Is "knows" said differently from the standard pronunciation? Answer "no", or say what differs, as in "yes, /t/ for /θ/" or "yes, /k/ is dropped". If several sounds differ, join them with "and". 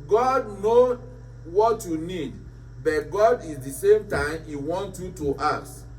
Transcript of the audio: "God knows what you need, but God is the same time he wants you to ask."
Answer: yes, /z/ is dropped